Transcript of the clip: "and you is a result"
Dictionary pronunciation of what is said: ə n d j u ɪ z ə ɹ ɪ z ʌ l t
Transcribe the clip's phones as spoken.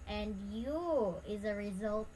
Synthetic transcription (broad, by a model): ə n d j u ɪ z ə ɹ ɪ z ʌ l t